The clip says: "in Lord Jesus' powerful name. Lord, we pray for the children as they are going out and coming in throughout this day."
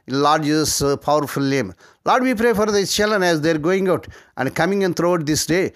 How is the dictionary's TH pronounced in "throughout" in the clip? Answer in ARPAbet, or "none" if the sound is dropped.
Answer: T